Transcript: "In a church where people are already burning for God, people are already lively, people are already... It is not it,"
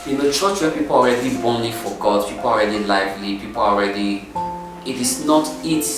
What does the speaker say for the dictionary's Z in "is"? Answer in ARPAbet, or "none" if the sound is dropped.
S